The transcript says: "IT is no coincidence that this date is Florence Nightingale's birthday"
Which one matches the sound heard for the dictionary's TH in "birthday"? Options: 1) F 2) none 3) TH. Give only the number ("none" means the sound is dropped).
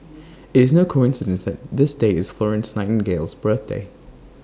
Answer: 3